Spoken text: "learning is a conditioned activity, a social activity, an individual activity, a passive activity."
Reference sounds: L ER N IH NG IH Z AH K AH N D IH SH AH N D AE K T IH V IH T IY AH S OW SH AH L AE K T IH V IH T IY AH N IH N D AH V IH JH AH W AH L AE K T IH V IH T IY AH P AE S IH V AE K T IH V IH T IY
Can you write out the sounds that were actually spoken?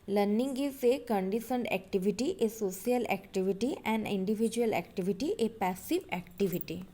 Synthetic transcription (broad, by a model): L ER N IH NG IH S AH K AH N D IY S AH N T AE K T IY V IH T IY AH S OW S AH L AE K T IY V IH T IY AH N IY N D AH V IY JH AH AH L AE K T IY V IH T IY AH P AE S IH V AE K T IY V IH T IY